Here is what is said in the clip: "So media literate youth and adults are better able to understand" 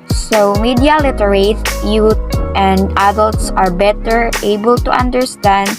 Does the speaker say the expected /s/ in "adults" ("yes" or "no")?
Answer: yes